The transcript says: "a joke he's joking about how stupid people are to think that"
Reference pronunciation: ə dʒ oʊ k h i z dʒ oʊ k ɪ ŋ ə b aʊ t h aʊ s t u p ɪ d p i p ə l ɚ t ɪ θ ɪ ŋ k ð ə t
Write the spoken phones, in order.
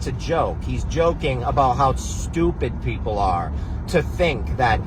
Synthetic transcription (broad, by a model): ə dʒ oʊ k h i z dʒ oʊ k ɪ ŋ ə b aʊ t h aʊ s t u p ɪ d p i p l ɚ t ɪ θ ɪ ŋ k ð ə t